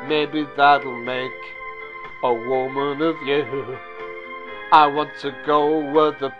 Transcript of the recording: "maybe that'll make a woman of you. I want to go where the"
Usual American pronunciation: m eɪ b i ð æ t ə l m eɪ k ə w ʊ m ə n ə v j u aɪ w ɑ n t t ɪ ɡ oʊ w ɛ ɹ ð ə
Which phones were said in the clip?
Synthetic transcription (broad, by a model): m eɪ b i ð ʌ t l m eɪ k ə w ʊ m ə n ə v j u aɪ w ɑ n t t ɪ ɡ oʊ w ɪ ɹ ð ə